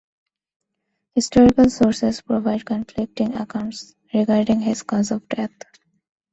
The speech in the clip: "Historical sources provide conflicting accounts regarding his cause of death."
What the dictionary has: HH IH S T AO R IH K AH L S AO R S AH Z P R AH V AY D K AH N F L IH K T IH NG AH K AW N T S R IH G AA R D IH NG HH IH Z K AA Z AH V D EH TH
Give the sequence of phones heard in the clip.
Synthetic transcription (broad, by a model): HH IH S T AO R IH K AH L S AO R S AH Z P R AH V AY D K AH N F L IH K T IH NG AH K AW N T S R IH G AA R D IH NG HH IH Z K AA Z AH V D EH T